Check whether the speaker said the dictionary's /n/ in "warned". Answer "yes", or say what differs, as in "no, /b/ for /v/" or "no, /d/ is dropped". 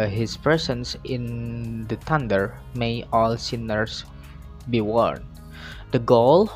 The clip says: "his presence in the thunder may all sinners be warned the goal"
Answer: yes